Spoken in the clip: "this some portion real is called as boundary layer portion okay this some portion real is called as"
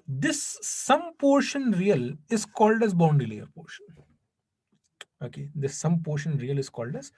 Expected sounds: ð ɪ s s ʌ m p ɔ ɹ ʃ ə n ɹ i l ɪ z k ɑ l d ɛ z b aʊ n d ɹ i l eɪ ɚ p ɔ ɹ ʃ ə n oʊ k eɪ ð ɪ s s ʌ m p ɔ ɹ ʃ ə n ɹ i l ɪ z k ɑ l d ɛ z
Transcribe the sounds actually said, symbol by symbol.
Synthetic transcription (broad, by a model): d ɪ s s ʌ m p ɔ ɹ ʃ ə n ɹ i l ɪ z k ɑ l d ɛ z b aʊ n d i l eɪ ɚ p ɔ ɹ ʃ ə n oʊ k eɪ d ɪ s s ʌ m p ɔ ɹ ʃ ə n ɹ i l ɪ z k ɑ l d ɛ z